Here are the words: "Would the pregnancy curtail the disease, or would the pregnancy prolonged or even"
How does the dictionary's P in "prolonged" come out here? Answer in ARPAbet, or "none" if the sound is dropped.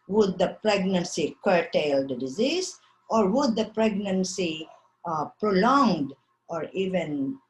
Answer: P